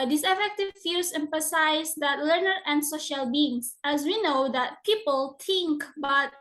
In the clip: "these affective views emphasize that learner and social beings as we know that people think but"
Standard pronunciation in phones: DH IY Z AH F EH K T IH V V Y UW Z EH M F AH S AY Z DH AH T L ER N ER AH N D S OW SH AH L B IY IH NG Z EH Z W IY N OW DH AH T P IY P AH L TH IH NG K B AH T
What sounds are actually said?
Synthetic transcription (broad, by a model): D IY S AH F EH K T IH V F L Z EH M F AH S AY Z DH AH T L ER N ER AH N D S OW SH AH L B IY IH NG S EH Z W IY N OW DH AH T P IY P AH L T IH NG K B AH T